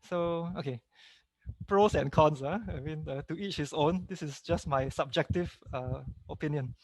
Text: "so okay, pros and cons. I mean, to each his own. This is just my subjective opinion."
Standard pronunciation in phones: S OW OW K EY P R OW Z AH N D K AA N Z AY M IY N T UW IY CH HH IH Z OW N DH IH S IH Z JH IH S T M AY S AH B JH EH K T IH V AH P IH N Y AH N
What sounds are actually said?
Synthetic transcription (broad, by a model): S OW OW K EY P R OW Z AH N K AA N S AY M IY N T UW IY CH HH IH S OW N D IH S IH S JH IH S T M AY S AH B JH EH K T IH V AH P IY N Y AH N